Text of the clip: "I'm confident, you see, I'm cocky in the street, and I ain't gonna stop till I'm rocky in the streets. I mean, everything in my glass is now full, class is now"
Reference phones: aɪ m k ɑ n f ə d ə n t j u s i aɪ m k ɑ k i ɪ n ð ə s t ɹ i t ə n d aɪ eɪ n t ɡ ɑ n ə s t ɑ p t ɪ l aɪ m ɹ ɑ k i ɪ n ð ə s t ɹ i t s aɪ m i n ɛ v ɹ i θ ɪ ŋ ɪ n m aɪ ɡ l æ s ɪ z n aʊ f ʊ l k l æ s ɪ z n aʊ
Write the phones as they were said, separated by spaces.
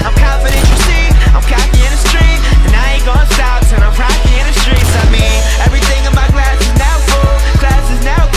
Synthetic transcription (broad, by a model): aɪ m k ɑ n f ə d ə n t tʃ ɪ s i aɪ m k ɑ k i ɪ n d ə s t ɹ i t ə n aɪ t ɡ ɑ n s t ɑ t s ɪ n aɪ m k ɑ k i ɪ n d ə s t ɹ i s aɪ m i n ɛ v ɹ i θ ɪ ŋ ɪ n m aɪ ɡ l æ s ɪ z n aʊ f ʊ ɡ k l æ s ɪ z n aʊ